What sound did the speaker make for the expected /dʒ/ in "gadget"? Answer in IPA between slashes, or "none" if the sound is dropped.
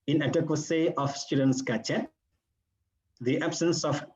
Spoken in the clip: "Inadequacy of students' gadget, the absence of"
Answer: /tʃ/